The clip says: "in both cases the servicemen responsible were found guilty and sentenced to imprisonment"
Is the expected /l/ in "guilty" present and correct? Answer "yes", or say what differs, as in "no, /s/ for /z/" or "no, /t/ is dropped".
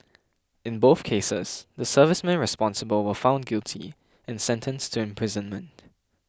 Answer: yes